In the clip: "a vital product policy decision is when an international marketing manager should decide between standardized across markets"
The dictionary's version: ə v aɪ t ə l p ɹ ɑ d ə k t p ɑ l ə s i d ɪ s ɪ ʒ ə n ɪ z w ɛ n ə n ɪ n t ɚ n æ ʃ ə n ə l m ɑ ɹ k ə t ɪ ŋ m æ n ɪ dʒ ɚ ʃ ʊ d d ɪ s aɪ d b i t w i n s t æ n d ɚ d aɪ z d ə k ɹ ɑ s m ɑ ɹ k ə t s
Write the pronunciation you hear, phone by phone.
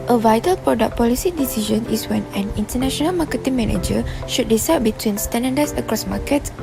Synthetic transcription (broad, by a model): ə v aɪ t ə l p ɹ ɑ d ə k p ɑ l ə s i d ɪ s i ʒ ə n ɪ s w ɛ n ə n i n t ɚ n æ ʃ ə n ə l m ɑ k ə t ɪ ŋ m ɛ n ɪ dʒ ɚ ʃ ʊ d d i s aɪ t b i t w i n s t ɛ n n d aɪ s ə k ɹ ɑ s m ɑ k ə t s